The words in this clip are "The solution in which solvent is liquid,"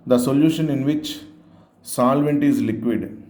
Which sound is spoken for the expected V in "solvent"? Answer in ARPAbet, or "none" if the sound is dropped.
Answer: V